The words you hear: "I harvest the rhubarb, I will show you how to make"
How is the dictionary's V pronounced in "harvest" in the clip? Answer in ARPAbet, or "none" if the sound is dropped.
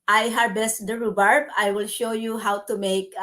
B